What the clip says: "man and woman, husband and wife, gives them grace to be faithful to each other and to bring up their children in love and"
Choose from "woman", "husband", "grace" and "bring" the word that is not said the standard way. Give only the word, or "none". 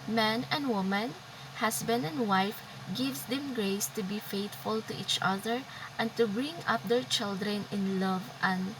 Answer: husband